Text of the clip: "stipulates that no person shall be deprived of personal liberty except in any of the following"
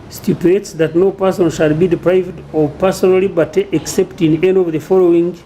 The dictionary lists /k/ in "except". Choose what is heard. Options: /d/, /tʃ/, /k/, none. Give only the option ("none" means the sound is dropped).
/k/